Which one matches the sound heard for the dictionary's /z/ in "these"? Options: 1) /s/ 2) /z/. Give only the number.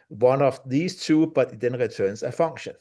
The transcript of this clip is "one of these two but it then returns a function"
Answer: 1